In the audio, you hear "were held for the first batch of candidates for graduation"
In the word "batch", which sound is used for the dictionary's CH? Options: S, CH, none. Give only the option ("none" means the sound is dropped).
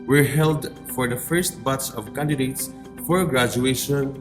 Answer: S